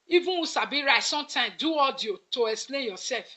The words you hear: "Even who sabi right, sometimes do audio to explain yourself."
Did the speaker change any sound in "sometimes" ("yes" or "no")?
yes